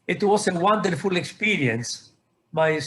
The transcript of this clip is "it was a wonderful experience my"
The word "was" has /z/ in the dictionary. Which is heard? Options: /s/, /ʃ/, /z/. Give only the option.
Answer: /s/